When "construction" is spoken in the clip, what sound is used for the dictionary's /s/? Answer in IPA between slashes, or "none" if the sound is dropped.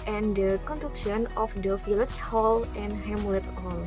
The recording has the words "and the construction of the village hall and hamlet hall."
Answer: none